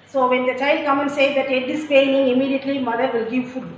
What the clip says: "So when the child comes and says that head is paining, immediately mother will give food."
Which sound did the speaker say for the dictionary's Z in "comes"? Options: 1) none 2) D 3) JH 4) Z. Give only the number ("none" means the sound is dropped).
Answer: 1